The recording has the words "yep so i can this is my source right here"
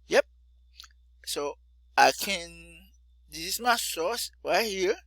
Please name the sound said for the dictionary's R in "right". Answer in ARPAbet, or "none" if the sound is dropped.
W